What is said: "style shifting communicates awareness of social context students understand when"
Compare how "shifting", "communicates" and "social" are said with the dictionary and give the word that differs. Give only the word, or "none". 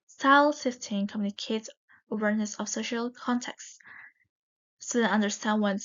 shifting